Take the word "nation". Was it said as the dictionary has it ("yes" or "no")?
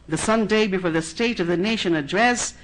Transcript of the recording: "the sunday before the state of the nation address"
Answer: yes